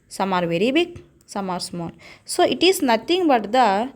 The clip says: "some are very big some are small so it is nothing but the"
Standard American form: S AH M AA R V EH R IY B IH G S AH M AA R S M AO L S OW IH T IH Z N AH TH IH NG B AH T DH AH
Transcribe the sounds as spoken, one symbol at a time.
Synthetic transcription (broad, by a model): S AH M AA R V EH R IY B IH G S AH M AA R S M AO N S OW IH T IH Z N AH T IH NG B AH T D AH